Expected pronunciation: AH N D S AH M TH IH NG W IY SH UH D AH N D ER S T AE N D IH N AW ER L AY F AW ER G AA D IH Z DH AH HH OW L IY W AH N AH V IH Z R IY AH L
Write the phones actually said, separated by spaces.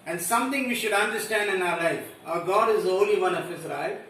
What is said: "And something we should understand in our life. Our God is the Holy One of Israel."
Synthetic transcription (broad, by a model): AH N D S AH M T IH NG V IY SH UH D AH N D ER S T AE N D IH N AW ER L AY F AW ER G AA D IH Z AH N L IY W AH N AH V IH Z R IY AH